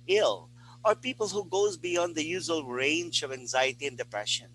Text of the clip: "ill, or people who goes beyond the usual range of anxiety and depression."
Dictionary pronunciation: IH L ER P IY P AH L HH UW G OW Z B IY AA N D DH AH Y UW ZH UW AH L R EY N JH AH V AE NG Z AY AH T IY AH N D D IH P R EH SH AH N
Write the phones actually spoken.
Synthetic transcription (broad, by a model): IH L ER P IY P AH L HH UW G OW Z B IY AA N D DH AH Y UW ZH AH L R EY N JH AH V AE NG Z AY AH T IY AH N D D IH P R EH SH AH N